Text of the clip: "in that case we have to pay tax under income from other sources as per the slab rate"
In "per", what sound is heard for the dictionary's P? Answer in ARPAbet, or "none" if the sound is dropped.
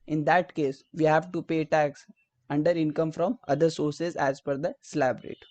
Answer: F